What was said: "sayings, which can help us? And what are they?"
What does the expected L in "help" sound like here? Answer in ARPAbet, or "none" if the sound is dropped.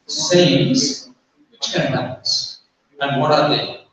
none